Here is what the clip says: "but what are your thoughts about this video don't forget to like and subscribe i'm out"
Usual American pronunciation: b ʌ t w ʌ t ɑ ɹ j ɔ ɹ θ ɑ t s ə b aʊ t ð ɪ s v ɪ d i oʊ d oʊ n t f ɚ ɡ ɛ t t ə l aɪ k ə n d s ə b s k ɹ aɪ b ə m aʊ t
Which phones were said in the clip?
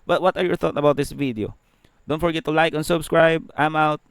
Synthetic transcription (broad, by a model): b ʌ t w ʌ t ɑ ɹ j ɔ ɹ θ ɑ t ə b aʊ t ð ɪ s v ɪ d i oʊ d oʊ n t f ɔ ɡ ɛ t t ə l aɪ k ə n s ə b s k ɹ aɪ b ə m aʊ t